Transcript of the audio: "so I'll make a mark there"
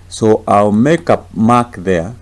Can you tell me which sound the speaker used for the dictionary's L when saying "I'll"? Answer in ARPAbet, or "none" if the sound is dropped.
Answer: L